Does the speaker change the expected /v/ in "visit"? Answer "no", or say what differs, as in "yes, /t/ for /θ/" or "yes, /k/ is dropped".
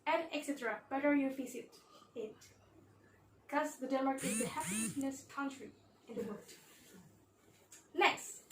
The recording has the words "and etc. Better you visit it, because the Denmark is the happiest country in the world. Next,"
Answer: yes, /f/ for /v/